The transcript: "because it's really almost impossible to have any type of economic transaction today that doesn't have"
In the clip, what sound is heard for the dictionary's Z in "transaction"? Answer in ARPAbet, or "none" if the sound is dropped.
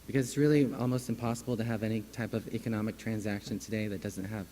Z